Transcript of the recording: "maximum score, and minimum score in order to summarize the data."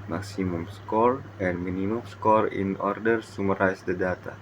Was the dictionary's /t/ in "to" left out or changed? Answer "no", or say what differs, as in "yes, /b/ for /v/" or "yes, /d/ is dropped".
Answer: yes, /s/ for /t/